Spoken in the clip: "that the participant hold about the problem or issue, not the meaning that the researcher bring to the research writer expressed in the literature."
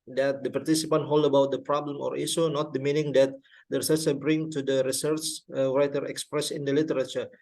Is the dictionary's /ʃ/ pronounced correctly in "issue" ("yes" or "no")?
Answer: no